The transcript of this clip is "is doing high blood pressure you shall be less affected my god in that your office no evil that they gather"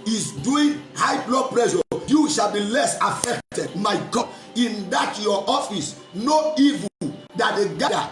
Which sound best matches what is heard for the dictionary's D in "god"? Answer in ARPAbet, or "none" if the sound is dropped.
none